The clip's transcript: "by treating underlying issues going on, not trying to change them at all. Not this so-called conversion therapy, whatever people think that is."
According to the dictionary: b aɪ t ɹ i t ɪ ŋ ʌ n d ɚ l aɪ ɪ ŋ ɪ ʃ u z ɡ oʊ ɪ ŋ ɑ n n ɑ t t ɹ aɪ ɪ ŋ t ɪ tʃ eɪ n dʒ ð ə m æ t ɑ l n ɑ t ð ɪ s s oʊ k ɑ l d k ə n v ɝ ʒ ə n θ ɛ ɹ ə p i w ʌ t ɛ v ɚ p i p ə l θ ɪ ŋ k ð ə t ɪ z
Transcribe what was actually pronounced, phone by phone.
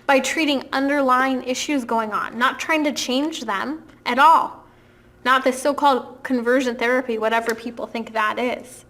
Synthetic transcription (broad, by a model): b aɪ t ɹ i t ɪ ŋ ʌ n d ɚ l aɪ ɪ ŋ ɪ ʃ u z ɡ oʊ ɪ ŋ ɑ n n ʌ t t ɹ aɪ ɪ ŋ t ɪ tʃ eɪ n dʒ ð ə m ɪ t ɑ l n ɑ t ð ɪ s s oʊ k ɑ l d k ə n v ɝ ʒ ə n θ ɛ ɹ ə p i w ʌ t ɛ v ɚ p i p l θ ɪ ŋ k ð ə t ɪ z